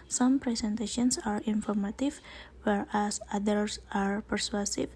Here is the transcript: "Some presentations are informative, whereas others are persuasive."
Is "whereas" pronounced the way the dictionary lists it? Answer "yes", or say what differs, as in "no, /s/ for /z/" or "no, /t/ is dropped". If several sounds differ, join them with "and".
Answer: no, /s/ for /z/